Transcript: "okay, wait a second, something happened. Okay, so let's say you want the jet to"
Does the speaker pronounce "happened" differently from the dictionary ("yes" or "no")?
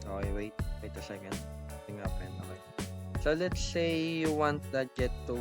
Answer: yes